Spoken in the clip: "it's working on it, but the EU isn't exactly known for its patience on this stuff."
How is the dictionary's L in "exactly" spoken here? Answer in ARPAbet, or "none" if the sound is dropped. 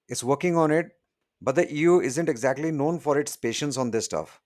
L